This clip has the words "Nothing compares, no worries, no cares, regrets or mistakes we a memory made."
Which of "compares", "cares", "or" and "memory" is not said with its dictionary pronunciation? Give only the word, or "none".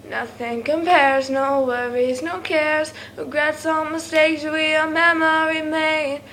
or